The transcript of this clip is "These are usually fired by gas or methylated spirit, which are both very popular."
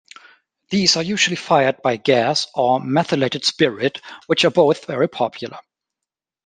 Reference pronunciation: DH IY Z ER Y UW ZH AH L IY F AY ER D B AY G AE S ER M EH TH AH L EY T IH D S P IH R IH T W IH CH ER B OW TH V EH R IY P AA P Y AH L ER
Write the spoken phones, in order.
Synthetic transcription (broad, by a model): DH IY Z ER Y UW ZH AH L IY F AY ER D B AY G AE S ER M EH TH AH L EY T IH D S P IH R IH T W IH CH ER B OW TH V EH R IY P AA P Y L ER